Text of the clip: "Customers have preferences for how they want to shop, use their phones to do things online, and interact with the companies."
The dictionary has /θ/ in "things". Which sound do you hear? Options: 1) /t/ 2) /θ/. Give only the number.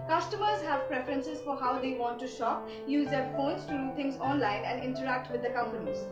1